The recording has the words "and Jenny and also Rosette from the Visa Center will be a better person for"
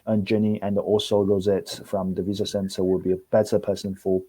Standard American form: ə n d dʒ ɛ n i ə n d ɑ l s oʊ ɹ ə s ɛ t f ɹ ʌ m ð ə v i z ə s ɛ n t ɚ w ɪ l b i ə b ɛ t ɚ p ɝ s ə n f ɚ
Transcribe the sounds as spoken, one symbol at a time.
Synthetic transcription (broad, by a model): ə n dʒ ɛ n i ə n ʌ ɑ l s oʊ ɹ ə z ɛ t f ɹ ʌ m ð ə v i z ə s ɛ n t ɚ w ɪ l b i ə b ɛ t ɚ p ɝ s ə n f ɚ